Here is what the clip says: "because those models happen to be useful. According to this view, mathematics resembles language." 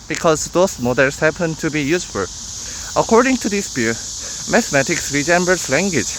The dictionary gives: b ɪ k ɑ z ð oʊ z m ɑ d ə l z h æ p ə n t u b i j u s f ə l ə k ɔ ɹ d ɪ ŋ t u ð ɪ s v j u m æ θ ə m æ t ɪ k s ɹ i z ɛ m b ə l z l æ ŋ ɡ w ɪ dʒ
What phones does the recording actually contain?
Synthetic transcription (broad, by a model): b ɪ k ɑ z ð oʊ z m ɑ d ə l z h æ p ə n t u b i j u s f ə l ə k ɔ ɹ d ɪ ŋ t u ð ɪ s b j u m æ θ m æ t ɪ k s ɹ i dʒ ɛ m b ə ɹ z l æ ŋ ɡ w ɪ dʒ